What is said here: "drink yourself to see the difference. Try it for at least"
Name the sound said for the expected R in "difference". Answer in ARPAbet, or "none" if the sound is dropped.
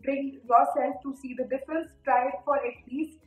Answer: none